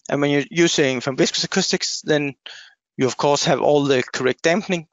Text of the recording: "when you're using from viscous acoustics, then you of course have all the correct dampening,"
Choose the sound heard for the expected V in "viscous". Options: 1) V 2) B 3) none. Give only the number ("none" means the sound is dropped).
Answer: 2